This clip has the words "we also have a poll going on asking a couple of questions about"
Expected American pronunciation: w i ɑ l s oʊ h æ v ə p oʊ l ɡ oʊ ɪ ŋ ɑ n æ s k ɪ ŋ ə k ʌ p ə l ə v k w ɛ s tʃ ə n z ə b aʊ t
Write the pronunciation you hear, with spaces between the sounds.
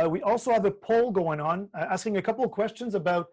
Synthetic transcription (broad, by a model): w i ɑ l s oʊ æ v ə p oʊ l ɡ oʊ ɪ ŋ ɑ n æ s k ɪ ŋ ə k ʌ p l k w ɛ s tʃ ə n z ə b aʊ t